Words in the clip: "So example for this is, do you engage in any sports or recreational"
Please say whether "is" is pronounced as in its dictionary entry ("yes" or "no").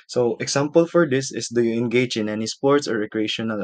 no